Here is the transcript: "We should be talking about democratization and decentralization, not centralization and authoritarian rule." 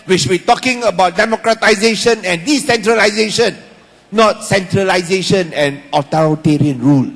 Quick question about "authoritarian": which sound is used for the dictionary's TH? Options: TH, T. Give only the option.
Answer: T